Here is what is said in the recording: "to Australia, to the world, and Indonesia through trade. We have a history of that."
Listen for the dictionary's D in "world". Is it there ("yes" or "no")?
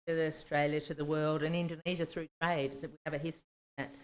yes